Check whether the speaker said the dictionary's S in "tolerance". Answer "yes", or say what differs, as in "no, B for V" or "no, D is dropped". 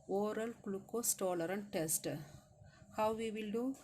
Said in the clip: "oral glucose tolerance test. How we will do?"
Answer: no, S is dropped